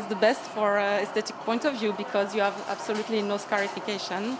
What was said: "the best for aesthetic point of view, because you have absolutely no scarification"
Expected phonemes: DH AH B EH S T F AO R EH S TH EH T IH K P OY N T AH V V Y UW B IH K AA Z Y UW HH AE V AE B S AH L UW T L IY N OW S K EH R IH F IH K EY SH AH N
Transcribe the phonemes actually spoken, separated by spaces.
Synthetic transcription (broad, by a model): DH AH B EH S T F AO R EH S T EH T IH K P OY N T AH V V Y UW B IH K AA Z Y UW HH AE V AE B S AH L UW T L IY N OW S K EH R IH F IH K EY SH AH N